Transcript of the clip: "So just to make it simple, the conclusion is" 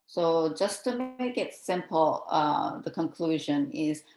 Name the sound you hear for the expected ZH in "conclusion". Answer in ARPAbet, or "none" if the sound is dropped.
ZH